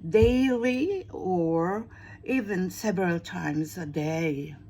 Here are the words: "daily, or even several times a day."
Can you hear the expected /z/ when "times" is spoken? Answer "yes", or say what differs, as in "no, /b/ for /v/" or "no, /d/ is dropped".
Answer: yes